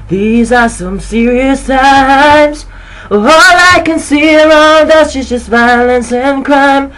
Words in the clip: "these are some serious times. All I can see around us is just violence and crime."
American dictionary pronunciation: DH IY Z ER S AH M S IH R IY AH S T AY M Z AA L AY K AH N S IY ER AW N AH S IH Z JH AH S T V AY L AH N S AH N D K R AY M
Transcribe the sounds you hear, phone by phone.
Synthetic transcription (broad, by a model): DH IY Z ER S AH M S IH R IY AH S T AY M Z AA L AY K AH N S IY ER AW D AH SH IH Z JH AH S T V AY L AH N S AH N K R AY M